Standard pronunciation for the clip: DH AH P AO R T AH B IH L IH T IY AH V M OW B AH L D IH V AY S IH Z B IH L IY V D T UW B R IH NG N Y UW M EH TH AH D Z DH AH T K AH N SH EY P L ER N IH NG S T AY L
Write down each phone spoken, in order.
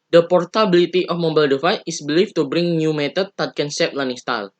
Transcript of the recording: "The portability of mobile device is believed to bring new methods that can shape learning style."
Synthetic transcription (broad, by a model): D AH P AO R T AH B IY L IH T IY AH F M OW B AH L D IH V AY IH S B L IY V T UW B R IH NG N Y UW M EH T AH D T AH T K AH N S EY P L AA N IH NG S T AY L